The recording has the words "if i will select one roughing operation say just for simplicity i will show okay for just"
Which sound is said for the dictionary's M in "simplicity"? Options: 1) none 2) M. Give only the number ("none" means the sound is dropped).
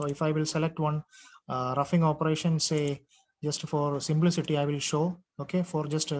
2